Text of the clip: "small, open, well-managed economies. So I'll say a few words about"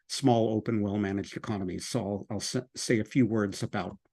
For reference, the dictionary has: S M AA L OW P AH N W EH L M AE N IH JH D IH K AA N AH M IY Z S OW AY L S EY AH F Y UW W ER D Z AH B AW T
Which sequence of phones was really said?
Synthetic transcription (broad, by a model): S M AA L OW P AH N W EH L M AE N IH JH D IH K AA N AH M IY Z S OW AY L S EY AH F Y UW W ER D Z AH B AW T